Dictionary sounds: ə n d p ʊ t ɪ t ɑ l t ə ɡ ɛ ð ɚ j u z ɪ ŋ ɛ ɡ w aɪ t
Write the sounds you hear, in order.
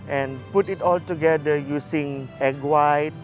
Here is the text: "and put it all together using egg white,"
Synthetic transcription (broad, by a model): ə n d p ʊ t ɪ t ɑ l t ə ɡ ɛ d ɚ j u s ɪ ŋ ɛ ɡ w aɪ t